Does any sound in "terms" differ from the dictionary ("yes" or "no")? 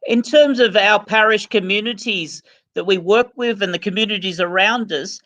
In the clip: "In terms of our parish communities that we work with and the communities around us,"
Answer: no